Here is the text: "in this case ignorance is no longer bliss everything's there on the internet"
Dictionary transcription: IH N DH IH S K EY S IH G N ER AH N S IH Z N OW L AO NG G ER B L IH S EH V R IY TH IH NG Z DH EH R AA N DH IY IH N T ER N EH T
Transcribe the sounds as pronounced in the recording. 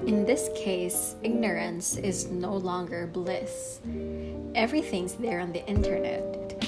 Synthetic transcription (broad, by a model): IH N DH IH S K EY S IH G N ER AH N S IH Z N OW L AO NG G ER B L IH S EH V R IY TH IH NG Z DH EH R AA N DH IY IH N T ER N EH T